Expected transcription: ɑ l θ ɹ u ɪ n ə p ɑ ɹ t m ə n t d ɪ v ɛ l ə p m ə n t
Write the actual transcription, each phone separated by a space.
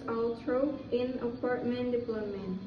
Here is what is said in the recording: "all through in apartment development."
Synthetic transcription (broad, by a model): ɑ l t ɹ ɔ ɪ n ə p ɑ ɹ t m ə n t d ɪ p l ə m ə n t